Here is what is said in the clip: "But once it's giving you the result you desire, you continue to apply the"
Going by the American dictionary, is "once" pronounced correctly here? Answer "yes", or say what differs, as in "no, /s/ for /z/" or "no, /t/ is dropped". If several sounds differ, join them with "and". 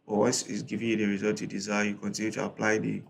no, /n/ is dropped